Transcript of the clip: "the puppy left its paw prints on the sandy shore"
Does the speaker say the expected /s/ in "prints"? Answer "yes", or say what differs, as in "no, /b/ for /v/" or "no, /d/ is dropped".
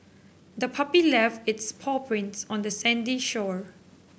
yes